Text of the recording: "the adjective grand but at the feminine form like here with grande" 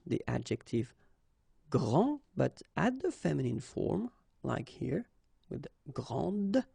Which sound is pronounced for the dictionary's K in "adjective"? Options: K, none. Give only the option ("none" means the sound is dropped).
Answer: K